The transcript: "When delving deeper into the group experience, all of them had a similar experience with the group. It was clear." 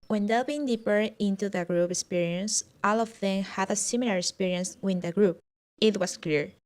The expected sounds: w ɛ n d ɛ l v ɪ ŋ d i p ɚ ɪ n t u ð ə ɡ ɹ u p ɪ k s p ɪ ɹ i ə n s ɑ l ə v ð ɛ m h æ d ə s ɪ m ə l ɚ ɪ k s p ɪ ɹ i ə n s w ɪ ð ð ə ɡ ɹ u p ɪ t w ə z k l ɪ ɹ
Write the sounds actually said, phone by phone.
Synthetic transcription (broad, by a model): w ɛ n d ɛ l b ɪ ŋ d i p ɚ ɪ n t u ð ə ɡ ɹ u p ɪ k s p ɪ ɹ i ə n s ɑ l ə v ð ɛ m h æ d ə s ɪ m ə l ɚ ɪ k s p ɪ ɹ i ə n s w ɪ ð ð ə ɡ ɹ u p ɪ t w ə s k l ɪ ɹ